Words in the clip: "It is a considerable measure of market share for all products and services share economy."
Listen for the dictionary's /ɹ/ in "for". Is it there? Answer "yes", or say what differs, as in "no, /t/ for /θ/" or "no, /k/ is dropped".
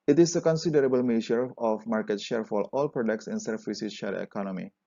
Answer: no, /l/ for /ɹ/